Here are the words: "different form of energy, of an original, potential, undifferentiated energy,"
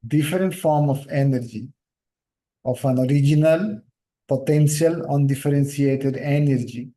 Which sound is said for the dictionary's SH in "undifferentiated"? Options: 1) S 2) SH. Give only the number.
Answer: 1